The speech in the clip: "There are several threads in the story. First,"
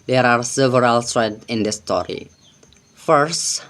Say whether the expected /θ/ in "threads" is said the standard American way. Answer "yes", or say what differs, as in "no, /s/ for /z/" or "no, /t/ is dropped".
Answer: no, /s/ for /θ/